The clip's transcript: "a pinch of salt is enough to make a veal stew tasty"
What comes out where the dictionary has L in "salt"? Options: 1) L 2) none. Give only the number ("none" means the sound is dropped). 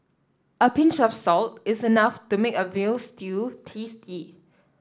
1